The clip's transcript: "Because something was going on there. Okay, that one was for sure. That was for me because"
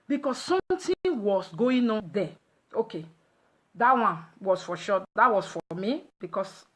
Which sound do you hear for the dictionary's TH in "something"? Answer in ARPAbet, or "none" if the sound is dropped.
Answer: T